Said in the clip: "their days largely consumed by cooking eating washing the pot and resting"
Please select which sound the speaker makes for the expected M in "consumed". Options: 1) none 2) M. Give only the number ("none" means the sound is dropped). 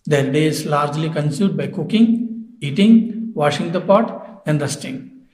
1